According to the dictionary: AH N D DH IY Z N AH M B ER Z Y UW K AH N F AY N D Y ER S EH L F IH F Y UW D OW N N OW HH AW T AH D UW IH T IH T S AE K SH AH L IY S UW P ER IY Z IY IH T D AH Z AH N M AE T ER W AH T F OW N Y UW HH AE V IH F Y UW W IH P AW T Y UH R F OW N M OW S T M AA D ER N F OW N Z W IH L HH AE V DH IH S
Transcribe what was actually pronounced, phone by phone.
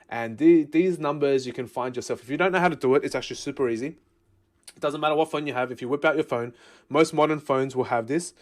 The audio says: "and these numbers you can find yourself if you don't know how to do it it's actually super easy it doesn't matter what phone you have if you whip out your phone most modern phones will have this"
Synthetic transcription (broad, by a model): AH N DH DH IY Z N AH M B ER Z Y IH K AH N F AY N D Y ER S EH L F IH F Y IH D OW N N OW HH AW T AH D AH IH T IH T S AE K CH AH L IY S UW P ER IY Z IY IH T D AH Z AH N M AE T ER W AH T F OW N Y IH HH V IH F Y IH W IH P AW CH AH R F OW N M OW S T M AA D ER N F OW N Z W IH L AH V DH IH S